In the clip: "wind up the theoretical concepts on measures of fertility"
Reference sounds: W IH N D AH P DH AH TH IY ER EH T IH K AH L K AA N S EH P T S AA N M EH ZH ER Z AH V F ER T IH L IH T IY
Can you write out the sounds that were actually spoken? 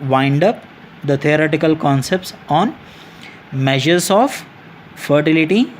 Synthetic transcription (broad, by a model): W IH N D AH P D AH T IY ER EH T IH K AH L K AA N S EH P T S AA N M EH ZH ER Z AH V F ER T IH L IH T IY